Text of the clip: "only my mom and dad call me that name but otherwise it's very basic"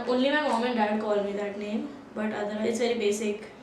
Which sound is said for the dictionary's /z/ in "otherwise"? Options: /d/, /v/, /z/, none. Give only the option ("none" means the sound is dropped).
none